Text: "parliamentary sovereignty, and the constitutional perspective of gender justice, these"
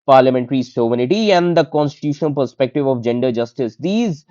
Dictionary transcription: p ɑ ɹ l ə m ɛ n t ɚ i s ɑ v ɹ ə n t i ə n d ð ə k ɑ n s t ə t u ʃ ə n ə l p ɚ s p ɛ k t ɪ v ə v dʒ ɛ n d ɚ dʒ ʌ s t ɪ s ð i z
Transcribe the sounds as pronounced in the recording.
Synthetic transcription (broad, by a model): p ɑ ɹ l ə m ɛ n t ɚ i s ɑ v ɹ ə t i ə n d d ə k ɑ n s t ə t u ʃ ə n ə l p ɚ s p ɛ k t ɪ v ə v dʒ ɛ n d ɚ dʒ ʌ s t ɪ s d i z